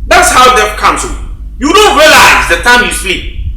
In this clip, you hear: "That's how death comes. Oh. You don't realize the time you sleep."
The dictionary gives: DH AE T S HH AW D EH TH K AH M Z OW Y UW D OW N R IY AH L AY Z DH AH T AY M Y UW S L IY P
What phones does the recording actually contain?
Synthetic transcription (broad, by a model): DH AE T S HH AW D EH F K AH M S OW Y UW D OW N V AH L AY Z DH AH T AY M Y UW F L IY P